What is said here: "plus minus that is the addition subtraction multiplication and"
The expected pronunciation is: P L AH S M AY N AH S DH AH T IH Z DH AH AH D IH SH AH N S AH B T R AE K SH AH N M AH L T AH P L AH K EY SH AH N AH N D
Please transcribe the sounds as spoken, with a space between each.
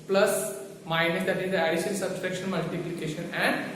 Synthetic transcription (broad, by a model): P L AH S M AY N AH S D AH T IH Z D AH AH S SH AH L S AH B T R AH K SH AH N M AH L T AH P L AH K EY SH AH N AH N D